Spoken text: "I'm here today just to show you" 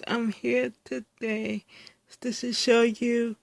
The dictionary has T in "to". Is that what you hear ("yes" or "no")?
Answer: no